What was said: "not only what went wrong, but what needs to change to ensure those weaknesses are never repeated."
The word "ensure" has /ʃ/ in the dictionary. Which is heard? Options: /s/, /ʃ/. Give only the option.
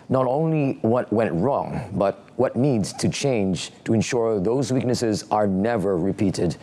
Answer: /ʃ/